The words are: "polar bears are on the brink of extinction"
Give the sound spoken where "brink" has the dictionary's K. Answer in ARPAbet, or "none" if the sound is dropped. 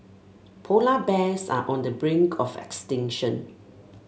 K